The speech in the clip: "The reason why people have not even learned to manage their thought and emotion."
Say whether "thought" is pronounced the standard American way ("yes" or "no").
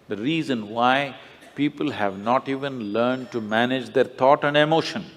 no